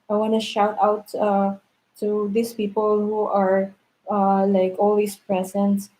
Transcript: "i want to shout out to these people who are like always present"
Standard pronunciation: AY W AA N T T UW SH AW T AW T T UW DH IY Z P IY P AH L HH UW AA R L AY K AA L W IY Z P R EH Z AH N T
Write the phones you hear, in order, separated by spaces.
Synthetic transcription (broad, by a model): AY W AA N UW SH AW T AW T T UW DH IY S P IY P AH L HH UW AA R L AY K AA L W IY S P R EH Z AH N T